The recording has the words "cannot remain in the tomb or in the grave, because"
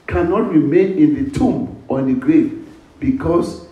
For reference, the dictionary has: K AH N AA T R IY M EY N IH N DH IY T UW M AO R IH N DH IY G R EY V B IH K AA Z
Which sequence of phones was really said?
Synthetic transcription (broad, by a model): K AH N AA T R IY M EY N IH N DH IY T UW M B IH N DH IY G R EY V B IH K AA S